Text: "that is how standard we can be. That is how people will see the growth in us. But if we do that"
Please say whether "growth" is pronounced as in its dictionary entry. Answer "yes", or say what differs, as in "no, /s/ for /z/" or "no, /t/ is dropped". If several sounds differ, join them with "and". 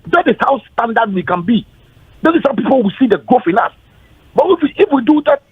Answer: no, /ɹ/ is dropped